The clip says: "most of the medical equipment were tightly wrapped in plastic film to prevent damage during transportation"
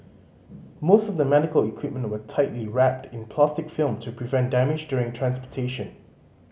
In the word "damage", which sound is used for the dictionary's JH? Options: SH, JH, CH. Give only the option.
JH